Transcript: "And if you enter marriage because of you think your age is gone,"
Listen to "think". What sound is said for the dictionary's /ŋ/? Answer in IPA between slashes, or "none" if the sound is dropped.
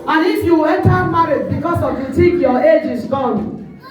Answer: none